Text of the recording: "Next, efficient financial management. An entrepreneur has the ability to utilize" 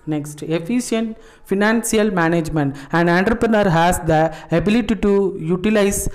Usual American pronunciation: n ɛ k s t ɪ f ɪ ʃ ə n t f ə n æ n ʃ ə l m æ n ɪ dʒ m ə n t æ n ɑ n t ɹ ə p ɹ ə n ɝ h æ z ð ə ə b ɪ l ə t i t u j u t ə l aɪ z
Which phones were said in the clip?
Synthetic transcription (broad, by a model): n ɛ k s t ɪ f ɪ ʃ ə n t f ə n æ n s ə l m æ n ɪ dʒ m ə n t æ n ɑ n t ɹ ə p ɹ ə n ɝ h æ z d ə ə b ɪ l ə t i t u j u t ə l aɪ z